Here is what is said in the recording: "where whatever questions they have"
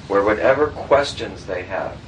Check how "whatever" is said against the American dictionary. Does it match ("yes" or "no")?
yes